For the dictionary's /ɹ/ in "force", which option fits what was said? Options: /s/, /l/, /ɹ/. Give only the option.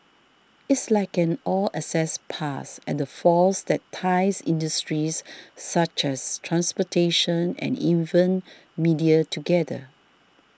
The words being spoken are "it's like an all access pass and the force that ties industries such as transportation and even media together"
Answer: /l/